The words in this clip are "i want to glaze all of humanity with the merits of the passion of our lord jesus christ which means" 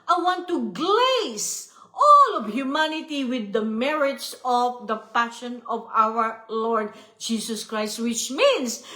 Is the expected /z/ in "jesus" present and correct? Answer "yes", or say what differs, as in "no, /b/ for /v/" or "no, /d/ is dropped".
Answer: no, /s/ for /z/